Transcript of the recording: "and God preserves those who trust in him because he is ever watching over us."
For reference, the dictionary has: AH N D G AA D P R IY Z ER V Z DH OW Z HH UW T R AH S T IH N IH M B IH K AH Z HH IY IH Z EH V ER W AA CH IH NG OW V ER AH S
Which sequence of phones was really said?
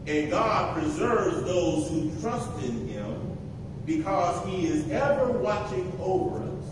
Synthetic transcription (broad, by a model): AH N G AA D P R IY Z ER V Z DH OW Z HH UW T R AH S T IH N IH M B IH K AH Z HH IY IH Z EH V ER W AA CH IH NG OW V ER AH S